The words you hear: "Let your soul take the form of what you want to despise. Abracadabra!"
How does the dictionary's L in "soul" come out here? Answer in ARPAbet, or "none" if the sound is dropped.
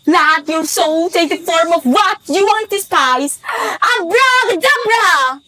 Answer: L